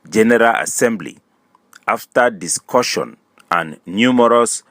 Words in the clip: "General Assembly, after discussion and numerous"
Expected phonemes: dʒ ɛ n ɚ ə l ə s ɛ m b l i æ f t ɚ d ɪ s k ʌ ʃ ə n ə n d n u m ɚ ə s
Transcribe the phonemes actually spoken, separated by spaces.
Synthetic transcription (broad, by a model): dʒ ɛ n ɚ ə l ə s ɛ m b l i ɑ f t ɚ d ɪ s k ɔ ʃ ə n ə n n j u m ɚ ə s